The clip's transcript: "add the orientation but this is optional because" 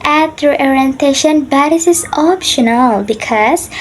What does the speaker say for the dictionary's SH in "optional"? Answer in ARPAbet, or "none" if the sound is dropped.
SH